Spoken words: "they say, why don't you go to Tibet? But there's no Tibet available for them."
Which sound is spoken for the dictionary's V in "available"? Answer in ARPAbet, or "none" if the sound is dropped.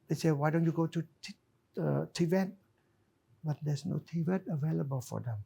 V